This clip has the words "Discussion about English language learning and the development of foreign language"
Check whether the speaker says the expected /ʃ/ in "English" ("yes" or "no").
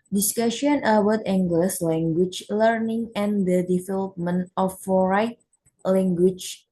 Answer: no